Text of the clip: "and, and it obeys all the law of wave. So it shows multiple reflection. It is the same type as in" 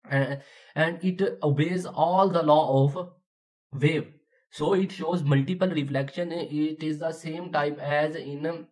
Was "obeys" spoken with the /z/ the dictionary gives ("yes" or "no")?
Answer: yes